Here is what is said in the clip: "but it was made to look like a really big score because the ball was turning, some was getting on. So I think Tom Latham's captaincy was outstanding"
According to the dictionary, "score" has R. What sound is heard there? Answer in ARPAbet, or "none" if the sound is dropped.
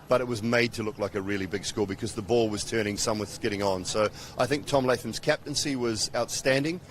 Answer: L